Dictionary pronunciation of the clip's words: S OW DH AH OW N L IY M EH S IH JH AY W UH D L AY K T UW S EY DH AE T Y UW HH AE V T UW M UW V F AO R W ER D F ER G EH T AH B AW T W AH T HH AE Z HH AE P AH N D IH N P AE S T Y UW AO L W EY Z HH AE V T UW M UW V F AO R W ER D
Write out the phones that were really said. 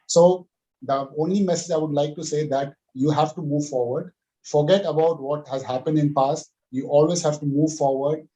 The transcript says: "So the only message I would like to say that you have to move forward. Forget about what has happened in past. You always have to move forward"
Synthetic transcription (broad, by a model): S OW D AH OW N L IY M EH S IH JH AY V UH D L AY K T UW S EY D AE T Y UW HH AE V T UW M UW V F AO R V ER D F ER G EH T AH B AW T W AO T HH AE Z HH AE P AH N D IH N P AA S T Y UW AO L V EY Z HH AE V T UW M UW V F AO R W ER D